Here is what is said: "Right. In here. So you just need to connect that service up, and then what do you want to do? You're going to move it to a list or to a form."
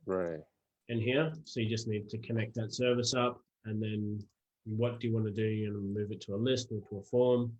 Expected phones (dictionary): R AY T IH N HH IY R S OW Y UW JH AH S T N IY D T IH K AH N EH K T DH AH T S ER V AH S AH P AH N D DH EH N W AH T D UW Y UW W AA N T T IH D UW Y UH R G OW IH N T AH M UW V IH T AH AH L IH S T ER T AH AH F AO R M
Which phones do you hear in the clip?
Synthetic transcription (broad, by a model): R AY T IH N HH IY R S OW Y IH JH AH S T N IY D T IH K AH N EH K T DH AH T S ER V AH S AH P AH N DH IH N W AH T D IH Y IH W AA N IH D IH Y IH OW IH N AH M UW V IH T AH AH L IH S T ER T AH AH F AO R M